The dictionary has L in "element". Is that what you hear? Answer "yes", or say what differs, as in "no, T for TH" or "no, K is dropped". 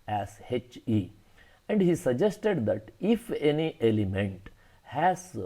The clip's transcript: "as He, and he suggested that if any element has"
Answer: yes